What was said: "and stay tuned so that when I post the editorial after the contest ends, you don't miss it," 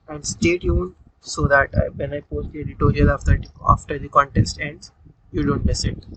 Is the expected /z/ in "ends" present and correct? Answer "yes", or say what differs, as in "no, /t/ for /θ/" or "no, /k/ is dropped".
no, /z/ is dropped